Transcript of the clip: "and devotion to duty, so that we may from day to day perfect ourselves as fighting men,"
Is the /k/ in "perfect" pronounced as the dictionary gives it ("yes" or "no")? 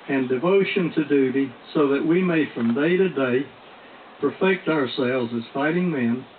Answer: yes